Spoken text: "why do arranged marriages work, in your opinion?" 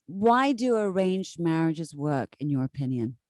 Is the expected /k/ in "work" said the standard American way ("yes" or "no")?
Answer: yes